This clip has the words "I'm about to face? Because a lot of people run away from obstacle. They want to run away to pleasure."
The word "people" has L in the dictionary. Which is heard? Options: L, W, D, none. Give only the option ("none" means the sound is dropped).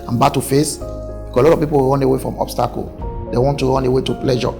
W